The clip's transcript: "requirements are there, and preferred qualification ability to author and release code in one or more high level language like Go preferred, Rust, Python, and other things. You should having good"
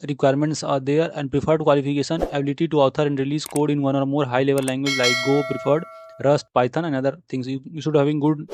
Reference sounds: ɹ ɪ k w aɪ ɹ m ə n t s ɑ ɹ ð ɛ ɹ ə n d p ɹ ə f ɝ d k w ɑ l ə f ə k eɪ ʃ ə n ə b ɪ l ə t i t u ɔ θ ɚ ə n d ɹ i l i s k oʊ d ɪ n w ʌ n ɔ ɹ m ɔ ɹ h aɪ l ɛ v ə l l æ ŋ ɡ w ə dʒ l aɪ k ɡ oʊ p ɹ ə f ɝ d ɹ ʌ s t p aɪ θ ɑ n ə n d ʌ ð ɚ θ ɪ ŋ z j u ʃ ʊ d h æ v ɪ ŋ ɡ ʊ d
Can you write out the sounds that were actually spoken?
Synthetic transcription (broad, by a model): ɹ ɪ k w aɪ ɹ m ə n t s ɑ ɹ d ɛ ɹ ə n d p ɹ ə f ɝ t k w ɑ l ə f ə k eɪ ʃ ə n ə b ɪ l ə t i t u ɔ t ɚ ə n d ɹ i l i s k oʊ d ɪ n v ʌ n ɔ ɹ m ɔ ɹ h aɪ l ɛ v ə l l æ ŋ ɡ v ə dʒ l aɪ k ɡ oʊ p ɹ ə f ɝ d ɹ ʌ s t p aɪ t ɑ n ə n d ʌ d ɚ t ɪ ŋ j j u ʃ ʊ d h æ v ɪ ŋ ɡ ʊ d